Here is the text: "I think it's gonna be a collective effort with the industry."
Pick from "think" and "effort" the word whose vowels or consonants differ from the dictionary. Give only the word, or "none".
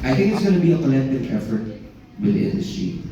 none